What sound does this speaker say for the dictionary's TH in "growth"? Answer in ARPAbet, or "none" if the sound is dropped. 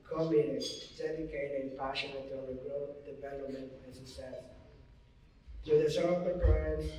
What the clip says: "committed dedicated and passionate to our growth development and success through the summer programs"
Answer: T